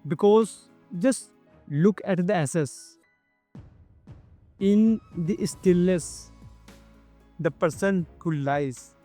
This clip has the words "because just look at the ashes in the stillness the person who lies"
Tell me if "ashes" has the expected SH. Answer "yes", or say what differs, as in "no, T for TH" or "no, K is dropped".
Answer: no, S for SH